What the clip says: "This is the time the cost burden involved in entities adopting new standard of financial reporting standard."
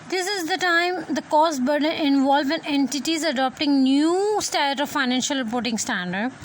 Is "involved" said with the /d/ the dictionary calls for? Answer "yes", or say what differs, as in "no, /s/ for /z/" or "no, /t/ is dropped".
no, /d/ is dropped